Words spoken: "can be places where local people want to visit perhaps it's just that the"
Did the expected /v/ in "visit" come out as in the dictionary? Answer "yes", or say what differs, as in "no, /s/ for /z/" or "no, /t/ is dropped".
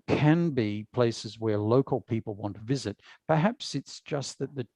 yes